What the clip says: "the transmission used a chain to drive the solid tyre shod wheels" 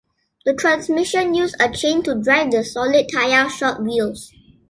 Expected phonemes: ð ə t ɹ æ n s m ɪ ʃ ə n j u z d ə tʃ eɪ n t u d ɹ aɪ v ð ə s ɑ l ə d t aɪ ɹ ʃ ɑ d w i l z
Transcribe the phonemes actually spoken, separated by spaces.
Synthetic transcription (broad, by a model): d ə t ɹ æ n s m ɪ ʃ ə n j u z ə tʃ eɪ n t u d ɹ aɪ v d ə s ɑ l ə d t aɪ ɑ ʃ ɑ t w i l s